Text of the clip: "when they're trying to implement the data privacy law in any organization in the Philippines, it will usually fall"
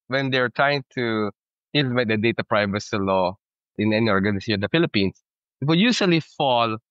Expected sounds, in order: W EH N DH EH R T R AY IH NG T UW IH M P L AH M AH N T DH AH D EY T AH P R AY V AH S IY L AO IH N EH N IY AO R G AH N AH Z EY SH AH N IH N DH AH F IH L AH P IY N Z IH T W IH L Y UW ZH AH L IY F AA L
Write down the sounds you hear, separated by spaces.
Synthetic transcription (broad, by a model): W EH N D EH R T R AY IH NG T UW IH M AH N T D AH D EY T AH P R AY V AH S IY L AO IH N EH N IY AO R G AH N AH S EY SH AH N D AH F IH L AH P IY N S IH T W IH L Y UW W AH L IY F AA L